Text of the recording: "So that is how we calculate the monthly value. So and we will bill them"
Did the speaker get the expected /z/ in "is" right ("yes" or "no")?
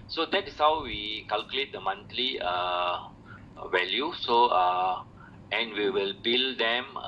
no